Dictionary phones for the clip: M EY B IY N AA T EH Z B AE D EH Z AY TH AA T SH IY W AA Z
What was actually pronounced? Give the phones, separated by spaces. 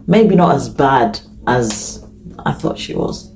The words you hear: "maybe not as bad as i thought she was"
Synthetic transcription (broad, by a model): M EY B IY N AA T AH Z B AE D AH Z AY TH AA T SH IY W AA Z